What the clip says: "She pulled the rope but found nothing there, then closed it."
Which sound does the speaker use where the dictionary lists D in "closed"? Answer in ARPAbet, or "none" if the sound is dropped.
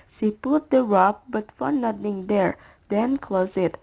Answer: none